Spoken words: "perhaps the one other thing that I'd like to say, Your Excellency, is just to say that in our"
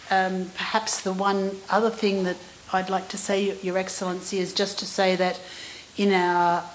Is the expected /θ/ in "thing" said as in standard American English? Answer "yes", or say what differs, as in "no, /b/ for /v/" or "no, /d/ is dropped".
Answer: yes